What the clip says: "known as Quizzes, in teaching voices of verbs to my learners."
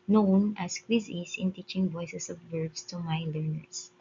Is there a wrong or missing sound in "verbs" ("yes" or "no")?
yes